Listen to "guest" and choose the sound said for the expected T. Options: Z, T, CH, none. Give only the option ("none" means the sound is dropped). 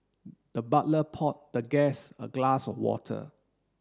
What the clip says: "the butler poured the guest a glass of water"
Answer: none